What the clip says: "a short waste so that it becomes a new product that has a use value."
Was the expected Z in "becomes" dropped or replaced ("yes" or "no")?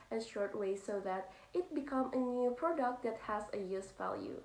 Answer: yes